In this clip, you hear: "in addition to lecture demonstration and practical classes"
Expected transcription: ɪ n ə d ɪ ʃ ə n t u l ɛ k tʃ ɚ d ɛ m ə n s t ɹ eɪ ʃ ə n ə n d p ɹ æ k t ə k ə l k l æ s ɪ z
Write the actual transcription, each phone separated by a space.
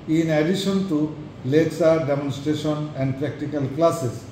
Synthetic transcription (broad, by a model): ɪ n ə d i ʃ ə n t u l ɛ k s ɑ d ɛ m ə n s t ɹ eɪ ʃ ə n ə n d p ɹ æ k t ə k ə l k l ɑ s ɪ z